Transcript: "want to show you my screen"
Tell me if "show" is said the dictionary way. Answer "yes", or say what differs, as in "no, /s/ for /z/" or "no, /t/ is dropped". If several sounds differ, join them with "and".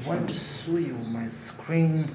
no, /s/ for /ʃ/